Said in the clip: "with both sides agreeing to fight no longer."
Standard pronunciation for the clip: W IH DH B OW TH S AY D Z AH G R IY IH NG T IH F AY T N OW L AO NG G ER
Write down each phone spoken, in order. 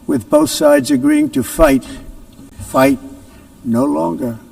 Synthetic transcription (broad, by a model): W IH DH B OW TH S AY D Z AH G R IY IH NG T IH F AY T N OW L AO NG G ER